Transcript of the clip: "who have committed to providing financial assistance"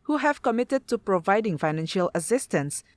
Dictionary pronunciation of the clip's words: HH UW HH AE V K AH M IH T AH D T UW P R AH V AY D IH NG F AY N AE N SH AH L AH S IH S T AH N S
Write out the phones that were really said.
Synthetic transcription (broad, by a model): HH UW HH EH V K AH M IH T AH D T UW P R AH V AY D IH NG F AY N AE N SH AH L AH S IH S T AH N S